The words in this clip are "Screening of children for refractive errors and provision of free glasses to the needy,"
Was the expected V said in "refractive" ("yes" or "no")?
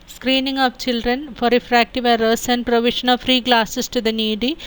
yes